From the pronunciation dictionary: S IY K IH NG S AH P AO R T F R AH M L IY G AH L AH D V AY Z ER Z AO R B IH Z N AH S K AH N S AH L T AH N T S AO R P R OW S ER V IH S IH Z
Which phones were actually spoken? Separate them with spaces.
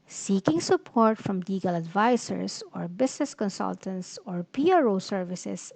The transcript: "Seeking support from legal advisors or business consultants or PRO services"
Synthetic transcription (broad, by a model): S IY K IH NG S AH P AO R T F R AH M L IY G AH L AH D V AY S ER S AO R B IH S N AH S K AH N S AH L T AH N T S AO R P R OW S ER V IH S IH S